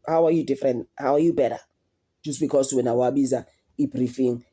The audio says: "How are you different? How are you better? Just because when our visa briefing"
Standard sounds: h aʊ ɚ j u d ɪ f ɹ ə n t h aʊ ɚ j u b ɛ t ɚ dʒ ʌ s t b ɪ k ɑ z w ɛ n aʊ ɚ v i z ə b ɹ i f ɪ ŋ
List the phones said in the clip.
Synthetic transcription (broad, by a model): h aʊ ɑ j u d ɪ f ɹ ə n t h aʊ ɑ j u b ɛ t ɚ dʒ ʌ s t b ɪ k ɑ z w ɛ n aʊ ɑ b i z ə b ɹ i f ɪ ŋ